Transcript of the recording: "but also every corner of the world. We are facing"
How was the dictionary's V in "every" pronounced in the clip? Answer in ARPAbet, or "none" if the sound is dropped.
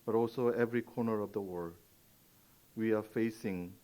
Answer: V